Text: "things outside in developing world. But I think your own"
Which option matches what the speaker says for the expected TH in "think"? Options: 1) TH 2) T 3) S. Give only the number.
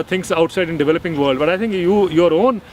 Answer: 2